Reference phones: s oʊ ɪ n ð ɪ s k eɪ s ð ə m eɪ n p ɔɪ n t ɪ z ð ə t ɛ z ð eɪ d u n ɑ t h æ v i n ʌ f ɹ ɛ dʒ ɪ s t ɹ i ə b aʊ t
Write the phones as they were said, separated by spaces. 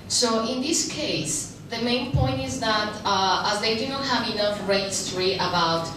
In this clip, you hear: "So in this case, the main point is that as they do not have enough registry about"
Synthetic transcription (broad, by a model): s oʊ ɪ n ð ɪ s k eɪ s ð ə m eɪ n p ɔɪ n t ɪ z ð ə t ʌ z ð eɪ d u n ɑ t h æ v i n ʌ f ɹ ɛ ɪ s t ɹ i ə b aʊ t